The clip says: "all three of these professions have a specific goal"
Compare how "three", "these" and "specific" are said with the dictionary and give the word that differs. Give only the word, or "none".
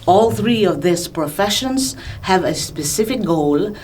these